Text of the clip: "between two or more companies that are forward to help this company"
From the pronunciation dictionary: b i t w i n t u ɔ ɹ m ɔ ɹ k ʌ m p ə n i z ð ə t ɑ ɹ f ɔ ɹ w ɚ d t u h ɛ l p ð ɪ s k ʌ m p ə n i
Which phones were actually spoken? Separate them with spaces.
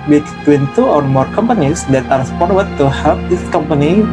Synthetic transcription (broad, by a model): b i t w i n t u ɔ ɹ m ɔ ɹ k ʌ m p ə n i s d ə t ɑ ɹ p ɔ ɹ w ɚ t u h ɛ l p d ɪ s k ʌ m p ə n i